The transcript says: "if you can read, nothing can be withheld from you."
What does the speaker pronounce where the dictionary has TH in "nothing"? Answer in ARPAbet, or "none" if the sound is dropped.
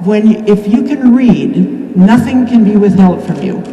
TH